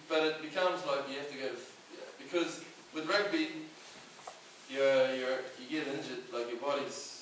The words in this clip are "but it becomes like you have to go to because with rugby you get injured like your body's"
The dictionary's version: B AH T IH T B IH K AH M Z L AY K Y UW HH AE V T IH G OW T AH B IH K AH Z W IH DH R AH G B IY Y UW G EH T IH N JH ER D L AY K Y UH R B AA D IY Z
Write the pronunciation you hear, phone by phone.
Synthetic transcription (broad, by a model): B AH T IH T B IH K AH M Z L AY K Y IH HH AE F T IH G OW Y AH B IH K AH Z W IH DH R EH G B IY Y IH G EH T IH N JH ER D L AY K Y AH R B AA D IY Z